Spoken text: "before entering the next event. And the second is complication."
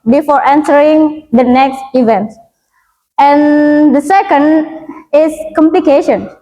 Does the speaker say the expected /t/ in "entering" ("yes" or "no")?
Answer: no